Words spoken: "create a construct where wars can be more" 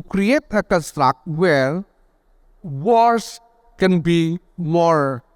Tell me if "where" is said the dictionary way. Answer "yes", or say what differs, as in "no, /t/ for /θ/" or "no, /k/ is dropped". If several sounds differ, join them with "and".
no, /l/ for /ɹ/